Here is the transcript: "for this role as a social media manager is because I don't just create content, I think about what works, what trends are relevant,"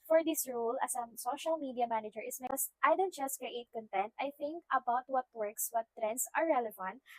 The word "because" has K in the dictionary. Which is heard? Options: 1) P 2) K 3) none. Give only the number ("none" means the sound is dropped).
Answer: 3